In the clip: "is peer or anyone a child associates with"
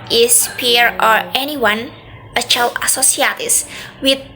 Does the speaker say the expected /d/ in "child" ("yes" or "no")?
no